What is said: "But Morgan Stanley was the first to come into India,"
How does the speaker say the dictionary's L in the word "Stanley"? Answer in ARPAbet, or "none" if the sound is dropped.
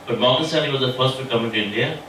none